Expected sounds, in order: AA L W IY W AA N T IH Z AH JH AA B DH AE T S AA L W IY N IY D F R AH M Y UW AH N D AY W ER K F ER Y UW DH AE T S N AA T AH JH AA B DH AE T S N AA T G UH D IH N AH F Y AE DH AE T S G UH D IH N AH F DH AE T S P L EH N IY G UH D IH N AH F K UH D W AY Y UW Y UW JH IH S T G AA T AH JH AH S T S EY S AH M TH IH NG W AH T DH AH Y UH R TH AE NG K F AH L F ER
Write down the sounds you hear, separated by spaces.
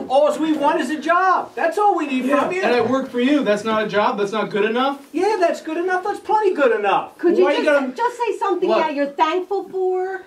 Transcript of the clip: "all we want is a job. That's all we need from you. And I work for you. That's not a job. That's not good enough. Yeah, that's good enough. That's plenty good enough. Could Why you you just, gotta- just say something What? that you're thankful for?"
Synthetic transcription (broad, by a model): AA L W IY W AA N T IH Z AH JH AA B DH AE T S AA L W IY N IY D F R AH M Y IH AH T W ER K F ER Y UW DH AE T S N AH T AH JH AA B DH AE T S N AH T G UH D IH N AH F Y AE DH AE T S G UH D IH N AH F DH AE T S P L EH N IY G UH D IH N AH F K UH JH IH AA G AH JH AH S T S EY S AH M TH IH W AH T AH R TH AE NG K F AH L F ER